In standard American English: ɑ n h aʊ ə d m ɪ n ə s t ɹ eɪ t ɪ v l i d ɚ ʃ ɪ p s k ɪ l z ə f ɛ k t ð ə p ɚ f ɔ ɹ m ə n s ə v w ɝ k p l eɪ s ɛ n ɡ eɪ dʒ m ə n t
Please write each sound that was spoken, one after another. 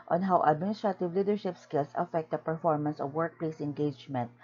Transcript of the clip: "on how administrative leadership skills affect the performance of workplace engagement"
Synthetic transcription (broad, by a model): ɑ n h aʊ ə d m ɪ n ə s t ɹ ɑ t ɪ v l i d ɚ ʃ ɪ p s k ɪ l s ə f ɛ k t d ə p ɚ f ɔ ɹ m ə n s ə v w ɝ k p l eɪ s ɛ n ɡ eɪ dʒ m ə n t